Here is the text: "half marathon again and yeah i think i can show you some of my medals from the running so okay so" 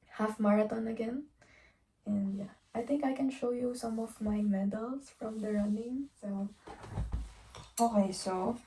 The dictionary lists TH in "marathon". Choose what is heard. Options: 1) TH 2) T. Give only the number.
2